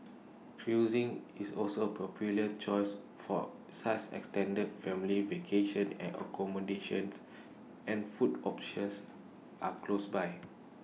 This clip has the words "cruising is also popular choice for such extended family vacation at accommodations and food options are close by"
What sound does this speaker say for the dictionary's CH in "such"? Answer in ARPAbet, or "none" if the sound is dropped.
S